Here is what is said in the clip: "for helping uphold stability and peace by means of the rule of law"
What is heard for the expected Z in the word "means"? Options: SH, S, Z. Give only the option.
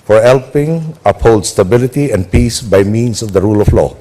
S